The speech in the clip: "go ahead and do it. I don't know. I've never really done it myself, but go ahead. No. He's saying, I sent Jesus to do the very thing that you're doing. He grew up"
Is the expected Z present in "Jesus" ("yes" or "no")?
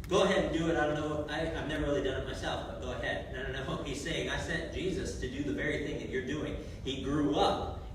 yes